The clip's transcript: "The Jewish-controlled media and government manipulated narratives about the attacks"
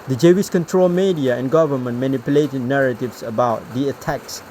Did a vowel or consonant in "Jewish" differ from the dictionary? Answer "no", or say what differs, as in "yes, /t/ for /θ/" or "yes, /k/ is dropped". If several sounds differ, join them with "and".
yes, /s/ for /ʃ/